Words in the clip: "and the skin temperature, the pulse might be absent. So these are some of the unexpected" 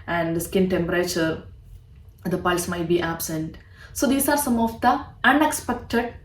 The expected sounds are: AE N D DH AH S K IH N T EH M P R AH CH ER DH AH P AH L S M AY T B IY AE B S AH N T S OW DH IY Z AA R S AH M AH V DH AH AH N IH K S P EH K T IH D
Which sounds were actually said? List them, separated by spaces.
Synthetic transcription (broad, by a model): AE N D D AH S K IH N T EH M P R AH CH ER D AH P AH L S M AY T B IY AE B S AH N T S OW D IY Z AA R S AH M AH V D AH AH N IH K S P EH K T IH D